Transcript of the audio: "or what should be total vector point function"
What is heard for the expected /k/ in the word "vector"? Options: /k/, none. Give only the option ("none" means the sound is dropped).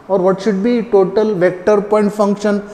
/k/